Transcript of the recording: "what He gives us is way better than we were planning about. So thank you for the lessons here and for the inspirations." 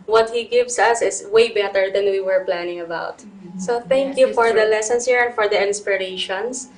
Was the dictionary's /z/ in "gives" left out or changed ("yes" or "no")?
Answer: yes